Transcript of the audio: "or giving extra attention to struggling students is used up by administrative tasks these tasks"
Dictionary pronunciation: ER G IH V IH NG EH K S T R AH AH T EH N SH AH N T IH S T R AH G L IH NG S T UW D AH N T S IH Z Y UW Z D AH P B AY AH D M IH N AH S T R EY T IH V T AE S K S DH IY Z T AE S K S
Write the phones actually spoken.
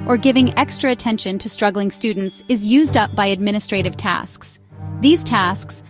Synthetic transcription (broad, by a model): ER G IH V IH NG EH K S T R AH AH T EH N SH AH N T IH S T R AH G L IH NG S T UW D N T S IH Z Y UW Z D AH P B AY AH D M IH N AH S T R EY T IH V T AE S K S DH IY Z T AE S K S